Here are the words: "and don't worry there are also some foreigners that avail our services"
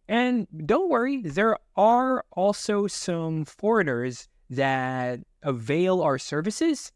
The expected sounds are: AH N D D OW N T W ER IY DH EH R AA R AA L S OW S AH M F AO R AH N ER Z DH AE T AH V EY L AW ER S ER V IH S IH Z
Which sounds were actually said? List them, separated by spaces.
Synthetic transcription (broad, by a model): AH N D D OW N T W ER IY DH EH R AA R AA L S OW S AH M F AO R AH N ER Z DH AE T AH V EY L AW ER S ER V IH S IH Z